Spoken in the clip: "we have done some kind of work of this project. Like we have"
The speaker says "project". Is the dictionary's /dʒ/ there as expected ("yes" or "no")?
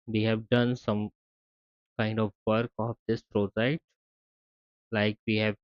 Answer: no